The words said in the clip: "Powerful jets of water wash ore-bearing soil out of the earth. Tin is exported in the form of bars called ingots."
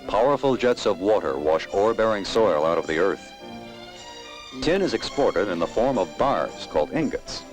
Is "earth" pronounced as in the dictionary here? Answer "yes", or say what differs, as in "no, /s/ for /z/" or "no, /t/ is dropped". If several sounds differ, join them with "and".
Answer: yes